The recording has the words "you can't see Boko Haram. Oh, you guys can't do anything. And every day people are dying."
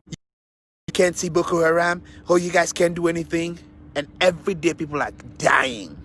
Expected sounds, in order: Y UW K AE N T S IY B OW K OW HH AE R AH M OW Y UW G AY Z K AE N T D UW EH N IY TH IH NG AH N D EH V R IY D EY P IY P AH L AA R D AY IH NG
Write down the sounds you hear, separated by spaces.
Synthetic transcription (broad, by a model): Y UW K AE N T S IY B OW K OW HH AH R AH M OW Y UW G AY Z K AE N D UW EH N IY TH IH NG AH N EH V R IY D EY P IY P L L AA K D AY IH NG